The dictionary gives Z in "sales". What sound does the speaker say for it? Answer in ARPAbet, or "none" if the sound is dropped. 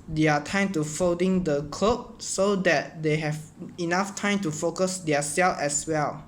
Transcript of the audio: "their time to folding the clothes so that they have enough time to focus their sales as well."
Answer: none